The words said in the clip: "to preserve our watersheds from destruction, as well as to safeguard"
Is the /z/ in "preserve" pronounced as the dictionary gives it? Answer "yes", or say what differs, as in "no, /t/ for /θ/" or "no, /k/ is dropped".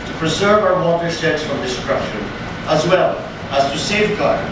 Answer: yes